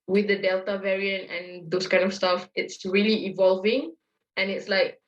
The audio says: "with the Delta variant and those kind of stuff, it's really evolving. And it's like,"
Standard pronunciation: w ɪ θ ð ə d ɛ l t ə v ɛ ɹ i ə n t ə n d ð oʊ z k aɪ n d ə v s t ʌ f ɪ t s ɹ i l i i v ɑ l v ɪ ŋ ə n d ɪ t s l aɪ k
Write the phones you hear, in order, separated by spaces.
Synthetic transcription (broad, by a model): w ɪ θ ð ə d ɛ l t ə v ɛ ɹ i ə n t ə n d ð oʊ s k aɪ n d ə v s t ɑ f ɪ t s ɹ i l i i v ɑ l v ɪ ŋ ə n ɪ t s l aɪ k